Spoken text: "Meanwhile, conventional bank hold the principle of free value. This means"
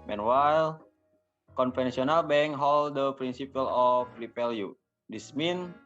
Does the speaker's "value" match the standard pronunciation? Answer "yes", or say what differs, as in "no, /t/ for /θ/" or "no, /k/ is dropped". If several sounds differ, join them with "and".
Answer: no, /p/ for /v/